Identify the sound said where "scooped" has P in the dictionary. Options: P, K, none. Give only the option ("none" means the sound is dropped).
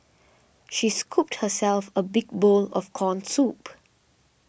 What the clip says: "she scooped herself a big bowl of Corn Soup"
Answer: P